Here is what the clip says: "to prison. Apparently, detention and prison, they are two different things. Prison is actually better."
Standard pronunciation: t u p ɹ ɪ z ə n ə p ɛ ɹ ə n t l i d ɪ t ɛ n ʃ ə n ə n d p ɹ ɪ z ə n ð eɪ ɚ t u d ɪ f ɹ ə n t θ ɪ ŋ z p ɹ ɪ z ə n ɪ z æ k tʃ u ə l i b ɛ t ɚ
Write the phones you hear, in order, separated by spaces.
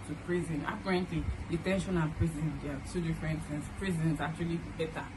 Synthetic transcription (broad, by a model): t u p ɹ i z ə n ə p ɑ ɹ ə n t l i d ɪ t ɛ n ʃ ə n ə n p ɹ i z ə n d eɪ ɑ t u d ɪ f ɹ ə n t s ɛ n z p ɹ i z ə n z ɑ k tʃ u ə l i b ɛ t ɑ